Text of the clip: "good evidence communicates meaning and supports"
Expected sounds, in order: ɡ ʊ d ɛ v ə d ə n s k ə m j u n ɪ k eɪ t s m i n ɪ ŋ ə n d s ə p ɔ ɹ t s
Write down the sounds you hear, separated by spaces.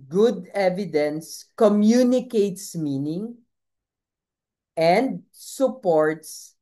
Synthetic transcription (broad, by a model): ɡ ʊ d ɛ v ə d ə n s k ə m j u n ɪ k eɪ t s m i n ɪ ŋ ə n d s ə p ɔ ɹ t s